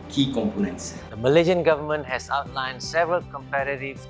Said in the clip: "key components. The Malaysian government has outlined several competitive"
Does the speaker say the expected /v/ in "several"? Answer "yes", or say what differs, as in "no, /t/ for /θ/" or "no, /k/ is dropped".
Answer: yes